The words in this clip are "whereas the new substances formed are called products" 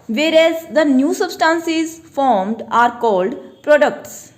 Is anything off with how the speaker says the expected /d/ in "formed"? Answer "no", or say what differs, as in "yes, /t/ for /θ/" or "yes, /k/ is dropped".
no